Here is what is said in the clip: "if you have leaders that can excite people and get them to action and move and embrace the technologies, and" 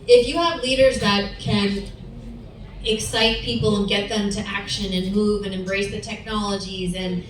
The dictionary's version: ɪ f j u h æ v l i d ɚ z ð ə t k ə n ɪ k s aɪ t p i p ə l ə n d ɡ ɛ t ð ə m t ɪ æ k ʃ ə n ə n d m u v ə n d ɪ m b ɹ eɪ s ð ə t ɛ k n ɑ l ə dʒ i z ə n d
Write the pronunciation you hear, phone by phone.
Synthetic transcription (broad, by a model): ɪ f j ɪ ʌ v l i d ɚ z ð ə t k ə n ɪ k s aɪ t p i p l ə n ɡ ɛ t ð ə m t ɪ æ k ʃ ə n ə n m u v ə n ɪ m b ɹ eɪ s ð ə t ɛ k n ɑ l ə dʒ i z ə n